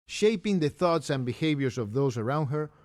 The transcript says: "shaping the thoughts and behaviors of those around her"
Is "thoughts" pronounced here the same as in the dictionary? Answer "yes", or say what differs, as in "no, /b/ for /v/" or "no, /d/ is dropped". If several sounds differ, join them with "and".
yes